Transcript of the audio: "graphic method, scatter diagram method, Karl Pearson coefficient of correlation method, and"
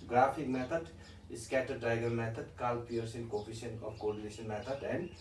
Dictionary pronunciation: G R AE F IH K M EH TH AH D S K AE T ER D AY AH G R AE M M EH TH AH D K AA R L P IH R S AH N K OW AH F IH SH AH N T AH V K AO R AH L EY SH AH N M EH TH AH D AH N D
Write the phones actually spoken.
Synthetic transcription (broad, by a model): G R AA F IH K M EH T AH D S K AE T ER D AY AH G AH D M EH T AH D K AA L P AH R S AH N K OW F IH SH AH N AH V K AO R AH N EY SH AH N M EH T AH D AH N D